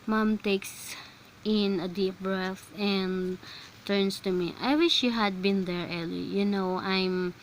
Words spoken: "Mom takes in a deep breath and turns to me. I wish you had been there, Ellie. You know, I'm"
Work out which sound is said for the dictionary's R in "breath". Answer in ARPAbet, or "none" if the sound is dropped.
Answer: R